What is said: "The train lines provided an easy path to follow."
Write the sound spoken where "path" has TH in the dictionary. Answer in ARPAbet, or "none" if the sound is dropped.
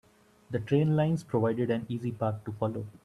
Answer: T